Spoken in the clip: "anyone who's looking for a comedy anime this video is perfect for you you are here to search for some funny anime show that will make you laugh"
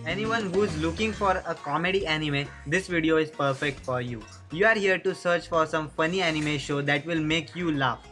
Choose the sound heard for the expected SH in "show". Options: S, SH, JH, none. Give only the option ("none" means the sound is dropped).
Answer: SH